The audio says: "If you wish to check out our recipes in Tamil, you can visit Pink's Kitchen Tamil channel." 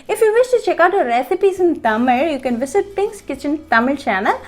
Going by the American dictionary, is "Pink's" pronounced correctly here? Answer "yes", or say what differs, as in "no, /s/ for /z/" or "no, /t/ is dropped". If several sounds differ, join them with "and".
yes